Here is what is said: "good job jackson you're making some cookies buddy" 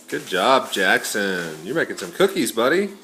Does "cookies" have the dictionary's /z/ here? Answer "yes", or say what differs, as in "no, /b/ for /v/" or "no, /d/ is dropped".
yes